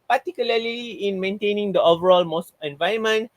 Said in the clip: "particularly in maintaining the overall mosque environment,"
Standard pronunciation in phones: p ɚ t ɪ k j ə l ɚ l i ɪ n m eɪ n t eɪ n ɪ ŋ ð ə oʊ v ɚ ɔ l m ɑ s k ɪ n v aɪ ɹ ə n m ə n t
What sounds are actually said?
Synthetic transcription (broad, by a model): p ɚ t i k j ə l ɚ l i ɪ n m eɪ n t eɪ n ɪ ŋ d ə oʊ v ɚ ɔ l m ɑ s ɪ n v aɪ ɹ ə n m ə n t